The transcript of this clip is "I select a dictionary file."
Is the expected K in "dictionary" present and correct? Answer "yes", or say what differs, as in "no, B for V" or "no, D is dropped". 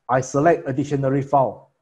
no, K is dropped